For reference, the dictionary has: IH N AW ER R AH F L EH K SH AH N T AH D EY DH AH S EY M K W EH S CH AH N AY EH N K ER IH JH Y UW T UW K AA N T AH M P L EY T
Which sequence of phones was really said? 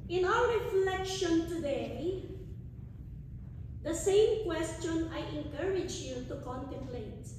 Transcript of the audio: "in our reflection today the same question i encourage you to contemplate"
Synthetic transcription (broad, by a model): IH N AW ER R AH F L EH K SH AH N T AH D EY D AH S EY M K W EH S CH AH N AY EH N K ER IH JH Y UW T UW K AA N T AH M P L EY T